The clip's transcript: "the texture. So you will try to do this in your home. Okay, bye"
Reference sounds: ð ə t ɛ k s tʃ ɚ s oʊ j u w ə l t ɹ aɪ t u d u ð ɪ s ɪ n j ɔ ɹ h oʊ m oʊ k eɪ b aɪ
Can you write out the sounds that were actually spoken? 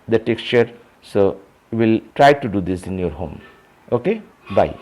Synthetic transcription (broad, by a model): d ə t ɛ k s tʃ ɚ s oʊ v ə l t ɹ aɪ t u d u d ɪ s ɪ n j ɔ ɹ h oʊ m oʊ k eɪ b aɪ